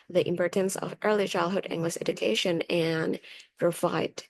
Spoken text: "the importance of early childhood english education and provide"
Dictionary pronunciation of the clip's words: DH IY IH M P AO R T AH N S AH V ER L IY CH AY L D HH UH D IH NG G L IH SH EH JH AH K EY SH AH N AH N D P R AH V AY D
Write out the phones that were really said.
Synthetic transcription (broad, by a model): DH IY IH M P AO R T AH N S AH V ER L IY CH AY L D HH UH D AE NG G L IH S EH JH AH K EY SH AH N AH N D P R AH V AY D